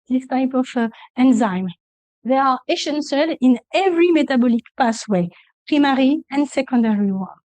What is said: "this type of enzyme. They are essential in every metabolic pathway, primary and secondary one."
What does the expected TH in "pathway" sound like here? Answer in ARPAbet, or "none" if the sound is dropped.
S